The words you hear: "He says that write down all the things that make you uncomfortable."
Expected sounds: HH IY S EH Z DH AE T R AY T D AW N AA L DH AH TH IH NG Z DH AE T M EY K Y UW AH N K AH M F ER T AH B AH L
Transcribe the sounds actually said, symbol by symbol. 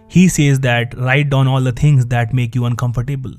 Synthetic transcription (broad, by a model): HH IY S EH Z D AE T R AY T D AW N AA L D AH T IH NG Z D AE T M EY K Y UW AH N K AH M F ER T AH B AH L